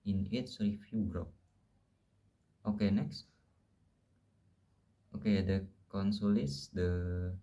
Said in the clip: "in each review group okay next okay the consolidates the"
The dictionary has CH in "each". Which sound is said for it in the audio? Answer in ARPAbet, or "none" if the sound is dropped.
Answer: S